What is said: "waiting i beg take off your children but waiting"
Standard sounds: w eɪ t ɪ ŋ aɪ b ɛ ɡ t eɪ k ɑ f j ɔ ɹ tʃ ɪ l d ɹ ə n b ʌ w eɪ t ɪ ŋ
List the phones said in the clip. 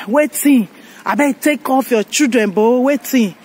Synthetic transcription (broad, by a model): w eɪ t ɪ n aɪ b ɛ t eɪ k ɑ f j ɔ tʃ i d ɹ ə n b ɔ w eɪ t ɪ